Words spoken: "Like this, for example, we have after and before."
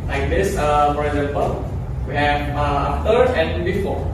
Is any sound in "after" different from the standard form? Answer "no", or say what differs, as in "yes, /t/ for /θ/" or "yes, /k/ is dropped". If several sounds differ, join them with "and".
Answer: yes, /f/ is dropped